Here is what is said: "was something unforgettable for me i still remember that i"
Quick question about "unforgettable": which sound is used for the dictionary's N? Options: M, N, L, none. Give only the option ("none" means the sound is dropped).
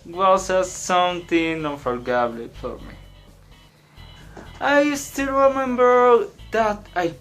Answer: none